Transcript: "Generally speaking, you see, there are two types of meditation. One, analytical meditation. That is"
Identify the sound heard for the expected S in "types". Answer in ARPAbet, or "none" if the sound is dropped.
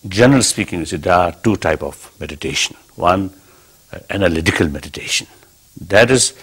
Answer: none